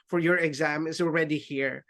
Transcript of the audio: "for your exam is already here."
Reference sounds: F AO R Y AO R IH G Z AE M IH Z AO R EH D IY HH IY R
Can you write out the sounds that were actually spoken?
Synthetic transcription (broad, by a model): F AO R Y AO R IH G Z AE M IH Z AO R EH D IY HH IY R